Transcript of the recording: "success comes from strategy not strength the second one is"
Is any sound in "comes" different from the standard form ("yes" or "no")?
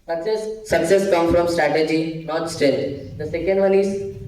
yes